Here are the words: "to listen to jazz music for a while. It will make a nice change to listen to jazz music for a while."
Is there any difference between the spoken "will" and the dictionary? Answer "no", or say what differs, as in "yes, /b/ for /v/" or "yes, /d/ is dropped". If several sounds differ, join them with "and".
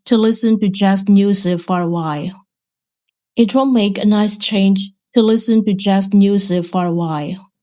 yes, /n/ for /l/